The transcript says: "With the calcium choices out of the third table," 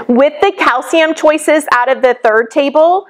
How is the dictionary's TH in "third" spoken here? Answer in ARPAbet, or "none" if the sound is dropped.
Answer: TH